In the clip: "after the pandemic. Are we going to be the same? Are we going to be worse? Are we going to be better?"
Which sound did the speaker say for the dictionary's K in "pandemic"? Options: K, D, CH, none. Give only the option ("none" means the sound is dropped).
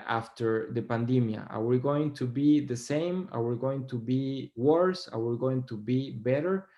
none